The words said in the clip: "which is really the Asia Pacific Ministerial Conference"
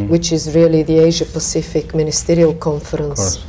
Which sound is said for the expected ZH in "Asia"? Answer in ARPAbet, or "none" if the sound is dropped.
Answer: ZH